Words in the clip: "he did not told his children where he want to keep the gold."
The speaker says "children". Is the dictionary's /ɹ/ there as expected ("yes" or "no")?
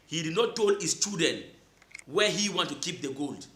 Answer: no